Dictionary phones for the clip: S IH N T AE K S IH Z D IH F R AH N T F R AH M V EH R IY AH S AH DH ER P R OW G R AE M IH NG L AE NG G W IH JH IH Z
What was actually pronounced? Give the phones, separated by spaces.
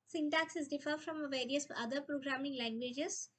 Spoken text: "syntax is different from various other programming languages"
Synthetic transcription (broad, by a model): S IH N T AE K S IH Z D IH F AH T F R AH M V EH R IY AH S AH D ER P R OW G R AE M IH NG L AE NG G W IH JH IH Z